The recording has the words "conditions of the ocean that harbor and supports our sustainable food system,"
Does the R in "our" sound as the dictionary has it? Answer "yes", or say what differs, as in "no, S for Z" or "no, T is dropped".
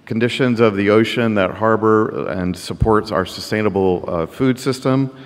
yes